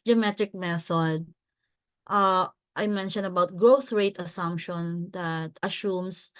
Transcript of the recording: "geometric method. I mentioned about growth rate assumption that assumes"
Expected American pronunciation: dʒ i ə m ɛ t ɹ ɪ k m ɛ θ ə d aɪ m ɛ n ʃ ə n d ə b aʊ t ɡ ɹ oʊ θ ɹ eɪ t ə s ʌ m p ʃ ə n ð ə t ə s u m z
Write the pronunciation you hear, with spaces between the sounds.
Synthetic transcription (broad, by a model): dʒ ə m ɛ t ɹ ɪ k m ɛ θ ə d aɪ m ɛ n ʃ ə n d ə b aʊ t ɡ ɹ oʊ θ ɹ eɪ t ə s ʌ m p ʃ ə n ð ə t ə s u m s